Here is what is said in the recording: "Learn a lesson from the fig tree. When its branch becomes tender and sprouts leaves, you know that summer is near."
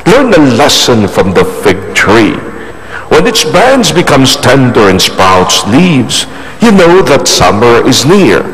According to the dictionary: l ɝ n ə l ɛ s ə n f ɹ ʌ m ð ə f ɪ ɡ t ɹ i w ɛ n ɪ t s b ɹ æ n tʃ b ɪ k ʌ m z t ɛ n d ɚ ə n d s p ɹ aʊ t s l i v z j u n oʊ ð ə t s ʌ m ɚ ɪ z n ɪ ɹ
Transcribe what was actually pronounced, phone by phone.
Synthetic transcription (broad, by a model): l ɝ n ə l ɛ s ə n f ɹ ʌ m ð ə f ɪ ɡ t ɹ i w ɛ n ɪ t s b æ n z b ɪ k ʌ m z t ɛ n d ɚ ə n s p aʊ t s l i v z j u n oʊ ð ə t s ʌ m ɚ ɪ z n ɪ ɹ